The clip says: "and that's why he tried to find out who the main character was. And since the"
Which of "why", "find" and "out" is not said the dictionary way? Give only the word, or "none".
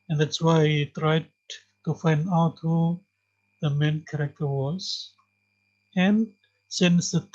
none